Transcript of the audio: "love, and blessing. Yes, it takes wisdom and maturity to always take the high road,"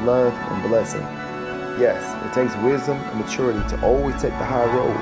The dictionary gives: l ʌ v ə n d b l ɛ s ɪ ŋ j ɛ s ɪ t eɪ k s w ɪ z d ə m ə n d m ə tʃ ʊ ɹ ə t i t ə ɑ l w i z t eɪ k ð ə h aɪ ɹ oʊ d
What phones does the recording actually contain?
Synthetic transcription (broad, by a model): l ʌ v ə n b l ɛ s ɪ ŋ j ɛ s ɪ t eɪ k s w ɪ z d ə m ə n m ə tʃ ʊ ɹ ə t i t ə ɑ l w i z t eɪ k ð ə h aɪ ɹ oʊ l